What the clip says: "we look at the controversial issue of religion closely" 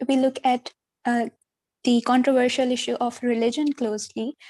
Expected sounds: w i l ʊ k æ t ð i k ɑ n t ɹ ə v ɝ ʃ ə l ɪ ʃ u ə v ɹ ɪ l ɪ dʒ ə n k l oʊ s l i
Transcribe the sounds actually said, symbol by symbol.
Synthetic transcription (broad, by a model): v i l ʊ k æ t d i k ɑ n t ɹ ə v ɝ ʃ ə l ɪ ʃ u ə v ɹ ɪ l ɪ dʒ ə n k l oʊ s l i